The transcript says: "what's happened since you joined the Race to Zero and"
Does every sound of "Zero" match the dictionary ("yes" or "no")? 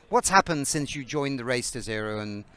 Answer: yes